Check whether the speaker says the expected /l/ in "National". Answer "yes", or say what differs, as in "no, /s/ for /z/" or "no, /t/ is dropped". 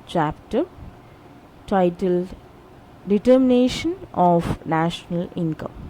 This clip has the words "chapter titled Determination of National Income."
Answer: yes